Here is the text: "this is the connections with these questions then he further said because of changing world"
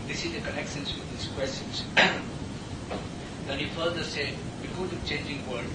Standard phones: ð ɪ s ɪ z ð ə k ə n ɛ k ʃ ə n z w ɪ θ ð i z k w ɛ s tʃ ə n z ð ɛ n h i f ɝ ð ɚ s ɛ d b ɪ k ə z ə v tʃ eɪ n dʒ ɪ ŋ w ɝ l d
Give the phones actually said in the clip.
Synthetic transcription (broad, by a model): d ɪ s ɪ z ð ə k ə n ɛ k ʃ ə n s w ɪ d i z k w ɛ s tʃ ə n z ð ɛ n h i f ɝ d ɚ s ɛ d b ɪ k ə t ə tʃ eɪ n dʒ ɪ ŋ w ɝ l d